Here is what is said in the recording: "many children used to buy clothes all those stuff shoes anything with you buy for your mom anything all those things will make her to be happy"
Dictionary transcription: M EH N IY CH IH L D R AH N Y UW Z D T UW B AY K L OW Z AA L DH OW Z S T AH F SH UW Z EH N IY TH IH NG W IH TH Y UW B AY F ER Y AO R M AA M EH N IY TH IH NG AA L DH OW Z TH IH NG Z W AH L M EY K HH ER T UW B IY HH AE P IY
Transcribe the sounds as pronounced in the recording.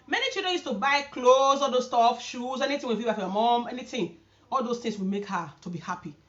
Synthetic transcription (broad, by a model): M EH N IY CH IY L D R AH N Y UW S T UW B AY K L OW Z AA L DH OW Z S T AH F SH UW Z EH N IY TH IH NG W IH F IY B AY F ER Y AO M AA M EH N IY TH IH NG AA L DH OW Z T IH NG S W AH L M EY K HH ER T UW B IY HH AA P IY